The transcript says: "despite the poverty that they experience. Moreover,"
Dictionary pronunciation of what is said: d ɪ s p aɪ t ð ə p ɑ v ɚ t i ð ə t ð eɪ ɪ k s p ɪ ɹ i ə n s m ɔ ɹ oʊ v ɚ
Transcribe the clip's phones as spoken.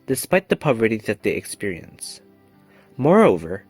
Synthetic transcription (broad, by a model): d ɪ s p aɪ t ð ə p ɑ v ɚ t i ð ə t ð eɪ ɪ k s p ɪ ɹ i ə n s m ɔ ɹ oʊ v ɚ